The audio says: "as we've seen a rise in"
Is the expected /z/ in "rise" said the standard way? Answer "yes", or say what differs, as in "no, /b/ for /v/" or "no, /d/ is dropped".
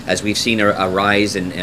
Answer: yes